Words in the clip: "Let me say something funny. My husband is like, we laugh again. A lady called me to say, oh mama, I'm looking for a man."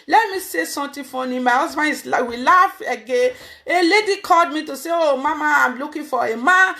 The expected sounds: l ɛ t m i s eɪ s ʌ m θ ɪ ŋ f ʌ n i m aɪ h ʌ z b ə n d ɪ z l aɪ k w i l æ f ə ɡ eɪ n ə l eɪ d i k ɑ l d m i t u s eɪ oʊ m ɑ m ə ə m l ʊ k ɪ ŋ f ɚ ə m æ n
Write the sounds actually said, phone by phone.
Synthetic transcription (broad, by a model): l ɛ t m i s eɪ s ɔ m t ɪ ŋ f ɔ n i m aɪ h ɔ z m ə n ɪ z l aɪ w i l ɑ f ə ɡ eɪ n ə l eɪ d i k ɑ l d m i t u s eɪ oʊ m ɑ m ə ə m l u k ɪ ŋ f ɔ ə m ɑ n